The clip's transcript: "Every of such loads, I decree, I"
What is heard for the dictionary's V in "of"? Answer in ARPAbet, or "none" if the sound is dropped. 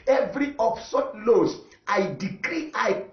P